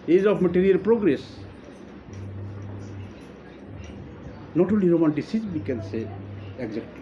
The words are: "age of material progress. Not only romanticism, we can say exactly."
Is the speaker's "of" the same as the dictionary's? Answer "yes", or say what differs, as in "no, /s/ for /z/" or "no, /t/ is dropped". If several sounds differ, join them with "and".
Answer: no, /p/ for /v/